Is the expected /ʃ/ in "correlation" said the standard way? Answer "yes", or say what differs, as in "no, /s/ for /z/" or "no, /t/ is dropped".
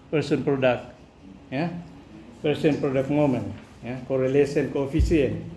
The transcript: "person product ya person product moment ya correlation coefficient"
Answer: no, /s/ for /ʃ/